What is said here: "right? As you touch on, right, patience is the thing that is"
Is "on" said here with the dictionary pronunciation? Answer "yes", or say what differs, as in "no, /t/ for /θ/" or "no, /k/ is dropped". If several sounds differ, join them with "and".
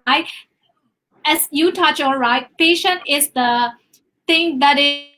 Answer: no, /l/ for /n/